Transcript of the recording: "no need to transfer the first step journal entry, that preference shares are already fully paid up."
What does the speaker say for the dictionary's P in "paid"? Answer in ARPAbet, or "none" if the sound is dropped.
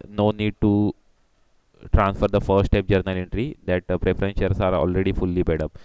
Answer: B